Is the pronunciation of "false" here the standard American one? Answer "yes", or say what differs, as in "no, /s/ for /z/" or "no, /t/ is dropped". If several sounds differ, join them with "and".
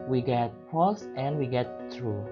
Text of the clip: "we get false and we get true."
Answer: no, /p/ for /f/ and /l/ is dropped